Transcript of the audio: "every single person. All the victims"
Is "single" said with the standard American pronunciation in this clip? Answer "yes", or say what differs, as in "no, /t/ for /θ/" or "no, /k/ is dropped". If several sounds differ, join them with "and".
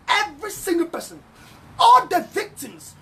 yes